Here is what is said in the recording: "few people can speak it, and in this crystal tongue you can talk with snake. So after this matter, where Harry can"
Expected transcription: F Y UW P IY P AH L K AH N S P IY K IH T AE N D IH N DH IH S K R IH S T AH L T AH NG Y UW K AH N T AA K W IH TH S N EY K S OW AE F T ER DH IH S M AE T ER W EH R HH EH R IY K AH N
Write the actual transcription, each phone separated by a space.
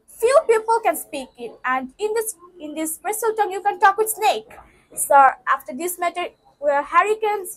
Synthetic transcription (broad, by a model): F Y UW P IY P AH L K AH N S P IY K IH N AE N D IH N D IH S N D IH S S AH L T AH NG Y UW K AH N T AA K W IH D S N EY K S OW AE F T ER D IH S M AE T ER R HH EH R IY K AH N